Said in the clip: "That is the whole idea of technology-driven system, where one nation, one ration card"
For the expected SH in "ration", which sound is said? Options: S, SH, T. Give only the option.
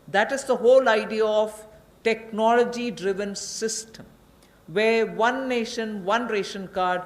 SH